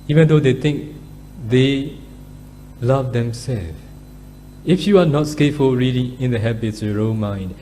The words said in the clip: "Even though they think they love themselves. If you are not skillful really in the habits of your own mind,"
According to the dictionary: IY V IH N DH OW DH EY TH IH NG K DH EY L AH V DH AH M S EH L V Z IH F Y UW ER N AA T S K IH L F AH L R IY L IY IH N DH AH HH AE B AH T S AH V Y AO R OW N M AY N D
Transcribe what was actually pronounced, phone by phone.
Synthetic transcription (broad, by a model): IY V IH N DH OW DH EY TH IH NG K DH EY L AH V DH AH M S EH L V IH F Y UW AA N AA T S K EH F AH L R IY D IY IH N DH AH HH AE B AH T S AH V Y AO R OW M AY N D